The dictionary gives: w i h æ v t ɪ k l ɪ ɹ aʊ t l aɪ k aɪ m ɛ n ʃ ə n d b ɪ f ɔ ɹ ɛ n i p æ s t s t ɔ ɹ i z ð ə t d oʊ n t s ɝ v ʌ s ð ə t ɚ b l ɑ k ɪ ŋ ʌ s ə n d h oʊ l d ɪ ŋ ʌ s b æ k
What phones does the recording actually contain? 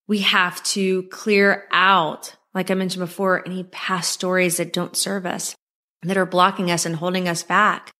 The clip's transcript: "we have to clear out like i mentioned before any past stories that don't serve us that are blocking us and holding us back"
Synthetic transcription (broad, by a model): w i h æ f t ɪ k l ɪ ɹ aʊ t l aɪ k aɪ m ɛ n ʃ n b ɪ f ɔ ɹ ɛ n i p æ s s t ɔ ɹ i z ð ə t d oʊ n t s ɝ v ʌ s ð ə t ɚ b l ɑ k ɪ ŋ ʌ s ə n h oʊ l d ɪ ŋ ʌ s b æ k